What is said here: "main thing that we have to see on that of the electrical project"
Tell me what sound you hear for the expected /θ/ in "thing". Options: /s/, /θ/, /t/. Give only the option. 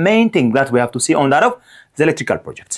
/t/